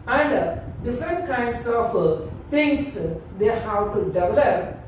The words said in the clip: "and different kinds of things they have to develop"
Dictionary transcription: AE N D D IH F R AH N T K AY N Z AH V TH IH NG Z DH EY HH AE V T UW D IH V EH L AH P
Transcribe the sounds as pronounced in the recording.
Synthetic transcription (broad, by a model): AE N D D IH F R AH N T K AY N S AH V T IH NG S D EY HH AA W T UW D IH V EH L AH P